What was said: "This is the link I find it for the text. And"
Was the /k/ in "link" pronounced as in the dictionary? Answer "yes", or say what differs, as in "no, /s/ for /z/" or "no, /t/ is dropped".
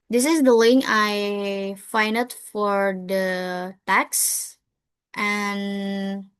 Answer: no, /k/ is dropped